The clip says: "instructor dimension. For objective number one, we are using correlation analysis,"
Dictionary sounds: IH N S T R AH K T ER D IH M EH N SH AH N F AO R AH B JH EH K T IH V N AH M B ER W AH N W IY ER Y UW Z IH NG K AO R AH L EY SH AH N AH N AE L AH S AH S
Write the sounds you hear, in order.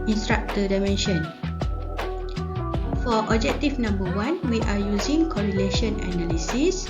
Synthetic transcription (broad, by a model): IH N S T R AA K T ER D IH M EH N SH AH N F AO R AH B JH EH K T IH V N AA M B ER W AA N W IY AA Y UW Z IH NG K AO R AH L EY SH AH N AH N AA L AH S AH S